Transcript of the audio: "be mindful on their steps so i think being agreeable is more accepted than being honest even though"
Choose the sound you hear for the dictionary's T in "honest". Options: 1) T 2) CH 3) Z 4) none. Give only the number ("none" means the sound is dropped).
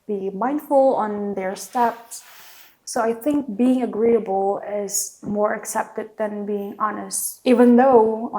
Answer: 1